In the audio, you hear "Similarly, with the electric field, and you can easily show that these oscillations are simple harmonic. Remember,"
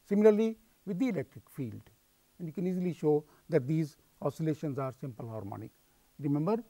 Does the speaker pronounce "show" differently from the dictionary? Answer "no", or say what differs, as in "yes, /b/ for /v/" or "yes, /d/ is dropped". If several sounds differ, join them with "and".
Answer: no